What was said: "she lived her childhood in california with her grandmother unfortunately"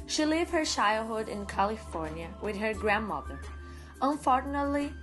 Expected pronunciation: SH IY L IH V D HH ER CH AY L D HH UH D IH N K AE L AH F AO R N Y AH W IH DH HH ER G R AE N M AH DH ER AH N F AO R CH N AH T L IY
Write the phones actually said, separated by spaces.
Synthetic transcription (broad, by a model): SH IY L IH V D HH ER SH AY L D HH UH D IH N K AE L AH F AO R N Y AH W IH DH HH ER G R AE N M AH DH ER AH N F AO R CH N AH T L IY